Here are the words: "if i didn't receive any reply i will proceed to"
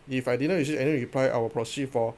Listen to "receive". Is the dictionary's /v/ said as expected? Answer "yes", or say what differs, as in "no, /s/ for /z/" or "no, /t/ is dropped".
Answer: no, /v/ is dropped